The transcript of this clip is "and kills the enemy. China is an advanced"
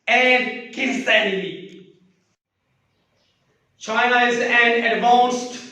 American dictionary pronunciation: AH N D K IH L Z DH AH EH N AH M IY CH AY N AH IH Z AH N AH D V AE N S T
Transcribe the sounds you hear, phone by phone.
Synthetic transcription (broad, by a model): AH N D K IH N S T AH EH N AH IY CH AY N AH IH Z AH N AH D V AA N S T